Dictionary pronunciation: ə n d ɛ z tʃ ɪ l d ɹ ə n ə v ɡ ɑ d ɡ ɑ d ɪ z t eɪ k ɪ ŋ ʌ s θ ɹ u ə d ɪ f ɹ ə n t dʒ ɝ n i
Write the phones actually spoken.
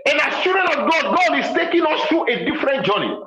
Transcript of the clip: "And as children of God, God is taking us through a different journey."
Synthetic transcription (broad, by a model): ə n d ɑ s tʃ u d ɹ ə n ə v ɡ ɑ d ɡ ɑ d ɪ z t eɪ k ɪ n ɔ s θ ɹ u ə d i f ɹ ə n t dʒ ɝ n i